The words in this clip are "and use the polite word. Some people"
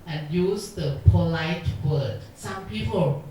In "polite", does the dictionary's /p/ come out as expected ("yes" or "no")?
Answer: yes